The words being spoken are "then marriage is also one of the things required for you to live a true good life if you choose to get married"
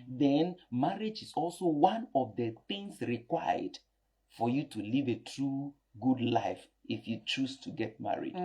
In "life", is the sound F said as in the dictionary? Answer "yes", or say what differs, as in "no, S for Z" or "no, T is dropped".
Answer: yes